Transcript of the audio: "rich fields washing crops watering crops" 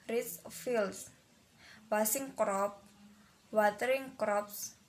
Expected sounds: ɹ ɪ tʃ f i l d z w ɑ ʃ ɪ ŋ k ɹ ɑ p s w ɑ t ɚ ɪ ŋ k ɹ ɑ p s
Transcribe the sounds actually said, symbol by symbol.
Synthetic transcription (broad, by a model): ɹ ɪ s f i l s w ɑ s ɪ ŋ k ɹ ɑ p w ɑ t ɚ ɪ ŋ k ɹ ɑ p s